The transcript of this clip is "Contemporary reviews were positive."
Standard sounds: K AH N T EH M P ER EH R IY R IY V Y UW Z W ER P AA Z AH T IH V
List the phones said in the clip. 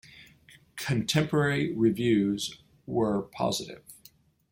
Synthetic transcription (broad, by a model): K AH N T EH M P ER EH R IY R IY V Y UW Z W ER P AA Z AH T IH V